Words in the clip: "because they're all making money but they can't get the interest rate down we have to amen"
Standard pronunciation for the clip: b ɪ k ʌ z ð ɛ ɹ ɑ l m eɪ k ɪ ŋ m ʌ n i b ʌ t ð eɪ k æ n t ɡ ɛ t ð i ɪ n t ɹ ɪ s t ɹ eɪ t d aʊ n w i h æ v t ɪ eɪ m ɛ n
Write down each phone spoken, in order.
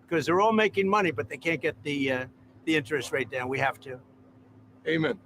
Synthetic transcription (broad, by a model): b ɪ k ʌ z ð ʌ ɹ ɑ l m eɪ k ɪ ŋ m ʌ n i b ʌ t ð eɪ k æ n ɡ ɛ t ð i ɪ n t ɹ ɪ s t ɹ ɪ t d aʊ n w i h æ f t ɪ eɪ m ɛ n